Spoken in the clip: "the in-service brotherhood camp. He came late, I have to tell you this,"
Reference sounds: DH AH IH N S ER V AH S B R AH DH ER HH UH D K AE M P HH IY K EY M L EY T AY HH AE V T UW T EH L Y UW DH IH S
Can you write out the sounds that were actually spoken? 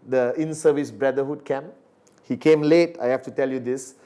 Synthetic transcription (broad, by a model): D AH IH N S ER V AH S B R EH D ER HH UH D K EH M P HH IY K EY M L EY T AY HH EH F T UW T EH L Y UW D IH S